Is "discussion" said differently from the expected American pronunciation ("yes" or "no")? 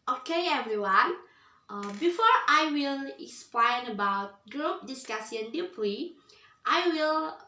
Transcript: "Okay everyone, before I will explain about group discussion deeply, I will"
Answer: yes